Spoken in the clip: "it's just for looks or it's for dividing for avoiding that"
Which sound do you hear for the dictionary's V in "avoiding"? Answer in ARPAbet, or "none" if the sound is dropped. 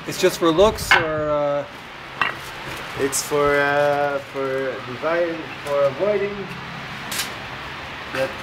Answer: V